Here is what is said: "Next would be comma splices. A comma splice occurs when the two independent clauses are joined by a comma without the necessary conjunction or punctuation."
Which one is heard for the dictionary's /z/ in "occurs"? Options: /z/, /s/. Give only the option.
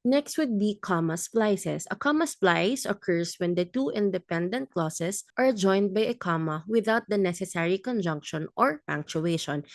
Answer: /s/